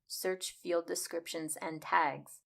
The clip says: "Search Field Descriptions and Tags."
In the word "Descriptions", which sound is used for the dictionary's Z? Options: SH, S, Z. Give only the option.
Z